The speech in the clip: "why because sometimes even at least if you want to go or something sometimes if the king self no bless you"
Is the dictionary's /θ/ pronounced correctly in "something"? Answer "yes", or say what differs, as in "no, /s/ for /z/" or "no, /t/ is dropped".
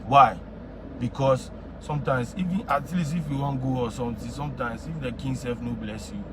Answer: no, /t/ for /θ/